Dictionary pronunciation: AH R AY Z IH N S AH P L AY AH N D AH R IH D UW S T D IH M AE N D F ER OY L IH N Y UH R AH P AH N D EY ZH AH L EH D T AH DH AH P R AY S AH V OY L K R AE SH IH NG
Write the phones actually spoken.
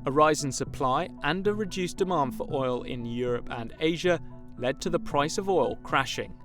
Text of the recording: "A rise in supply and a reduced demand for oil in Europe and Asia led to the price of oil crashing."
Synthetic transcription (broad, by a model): AH R AY Z IH N S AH P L AY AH N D AH R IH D UW S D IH M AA N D F ER OY L IH N Y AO R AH P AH N EY ZH AH L EH D T AH DH AH P R AY S AH V OY L K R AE SH IH NG